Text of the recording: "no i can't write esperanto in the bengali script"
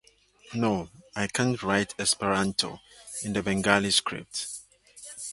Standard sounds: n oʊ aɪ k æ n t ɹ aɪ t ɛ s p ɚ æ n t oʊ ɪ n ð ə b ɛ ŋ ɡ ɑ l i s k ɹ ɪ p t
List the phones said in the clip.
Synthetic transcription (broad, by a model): n oʊ aɪ k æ n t ɹ aɪ t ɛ s p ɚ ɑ n t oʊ ɪ n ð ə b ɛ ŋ ɡ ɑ l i s k ɹ ɪ p t